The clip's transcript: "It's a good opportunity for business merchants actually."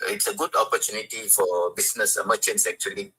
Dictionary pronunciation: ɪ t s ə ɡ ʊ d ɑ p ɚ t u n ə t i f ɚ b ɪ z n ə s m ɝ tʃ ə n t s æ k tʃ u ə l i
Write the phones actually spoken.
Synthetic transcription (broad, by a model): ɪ t s ə ɡ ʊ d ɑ p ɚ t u n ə t i f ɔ b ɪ s n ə s m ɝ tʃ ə n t s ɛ k tʃ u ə l i